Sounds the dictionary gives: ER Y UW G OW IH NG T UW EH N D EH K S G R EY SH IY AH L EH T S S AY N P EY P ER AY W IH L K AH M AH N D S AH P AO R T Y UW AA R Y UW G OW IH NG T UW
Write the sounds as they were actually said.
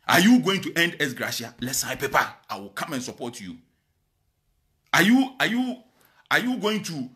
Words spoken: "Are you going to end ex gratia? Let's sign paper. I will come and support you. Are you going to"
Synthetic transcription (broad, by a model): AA Y UW G OW IH NG T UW EH N D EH S G R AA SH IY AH L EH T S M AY P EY P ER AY W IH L K AH M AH N S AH P AO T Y Y UW AA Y Y UW G OW IH NG T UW